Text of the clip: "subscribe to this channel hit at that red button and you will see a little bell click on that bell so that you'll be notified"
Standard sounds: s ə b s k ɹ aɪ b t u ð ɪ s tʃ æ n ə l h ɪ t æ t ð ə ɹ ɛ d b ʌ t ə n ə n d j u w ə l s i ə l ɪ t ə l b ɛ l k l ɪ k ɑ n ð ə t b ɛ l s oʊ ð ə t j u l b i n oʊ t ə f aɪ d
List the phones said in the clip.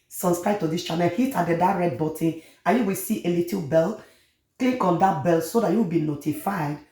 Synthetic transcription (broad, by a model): s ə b s k ɹ aɪ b t u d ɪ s tʃ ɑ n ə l h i t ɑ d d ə ɹ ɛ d b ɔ t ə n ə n j u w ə s i ə l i t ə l b ɛ l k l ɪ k ɑ n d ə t b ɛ l s oʊ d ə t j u w b i n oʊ t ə f aɪ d